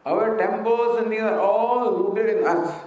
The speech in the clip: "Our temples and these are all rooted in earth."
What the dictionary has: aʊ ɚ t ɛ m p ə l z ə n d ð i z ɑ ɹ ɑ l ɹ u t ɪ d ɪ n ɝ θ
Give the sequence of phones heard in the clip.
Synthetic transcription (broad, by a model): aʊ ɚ t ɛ m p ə l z ə n d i ɑ ɹ ɑ l ɹ u t ɪ d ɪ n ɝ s